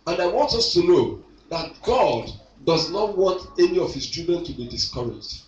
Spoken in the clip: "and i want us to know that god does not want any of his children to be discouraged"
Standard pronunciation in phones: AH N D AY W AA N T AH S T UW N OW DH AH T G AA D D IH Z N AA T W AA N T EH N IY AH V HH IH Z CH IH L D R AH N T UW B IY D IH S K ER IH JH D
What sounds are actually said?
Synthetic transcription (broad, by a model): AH N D AY W AA N T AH S T UW N OW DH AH T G AA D D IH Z N AA T W AA N T EH N IY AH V HH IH S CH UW D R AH N T UW B IY D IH S K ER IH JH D